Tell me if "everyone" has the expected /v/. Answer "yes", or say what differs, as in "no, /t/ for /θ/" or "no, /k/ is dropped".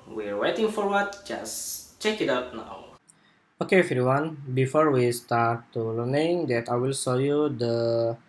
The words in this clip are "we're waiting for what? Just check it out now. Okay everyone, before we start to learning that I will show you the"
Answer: no, /f/ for /v/